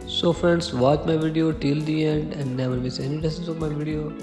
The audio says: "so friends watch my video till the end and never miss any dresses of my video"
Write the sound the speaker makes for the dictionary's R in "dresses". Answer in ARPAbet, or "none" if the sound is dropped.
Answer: none